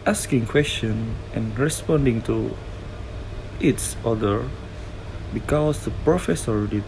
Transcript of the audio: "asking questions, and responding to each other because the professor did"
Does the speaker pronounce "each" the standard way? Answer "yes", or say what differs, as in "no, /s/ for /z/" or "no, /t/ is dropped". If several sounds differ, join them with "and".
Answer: no, /s/ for /tʃ/